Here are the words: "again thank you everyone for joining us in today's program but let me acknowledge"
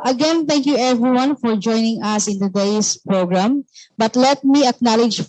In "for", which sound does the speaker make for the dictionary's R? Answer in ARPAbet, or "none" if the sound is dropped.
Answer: R